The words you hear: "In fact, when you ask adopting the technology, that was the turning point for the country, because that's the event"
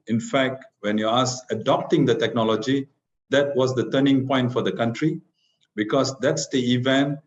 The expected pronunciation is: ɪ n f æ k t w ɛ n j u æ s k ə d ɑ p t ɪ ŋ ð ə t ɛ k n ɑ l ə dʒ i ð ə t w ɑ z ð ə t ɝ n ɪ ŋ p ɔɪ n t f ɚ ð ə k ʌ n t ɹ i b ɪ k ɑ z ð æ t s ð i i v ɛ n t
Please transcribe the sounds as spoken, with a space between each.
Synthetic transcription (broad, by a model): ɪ n f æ k t w ɛ n j u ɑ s ə d ɑ p t ɪ ŋ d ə t ɛ k n ɑ l ə dʒ i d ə t w ɑ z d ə t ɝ n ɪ ŋ p ɔɪ n t f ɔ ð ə k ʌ n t ɹ i b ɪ k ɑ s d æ t s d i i v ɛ n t